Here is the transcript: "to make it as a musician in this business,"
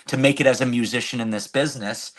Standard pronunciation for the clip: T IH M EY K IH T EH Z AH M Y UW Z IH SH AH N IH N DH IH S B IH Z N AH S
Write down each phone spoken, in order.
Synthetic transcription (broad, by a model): T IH M EY K IH T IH Z AH M Y UW Z IH SH AH N IH N DH IH S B IH Z N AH S